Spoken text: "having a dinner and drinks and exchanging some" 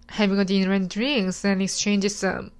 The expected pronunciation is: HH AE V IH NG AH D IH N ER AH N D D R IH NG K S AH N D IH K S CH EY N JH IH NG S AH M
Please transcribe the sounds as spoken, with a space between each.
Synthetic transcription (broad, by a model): HH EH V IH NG AH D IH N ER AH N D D R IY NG S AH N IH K S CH EY N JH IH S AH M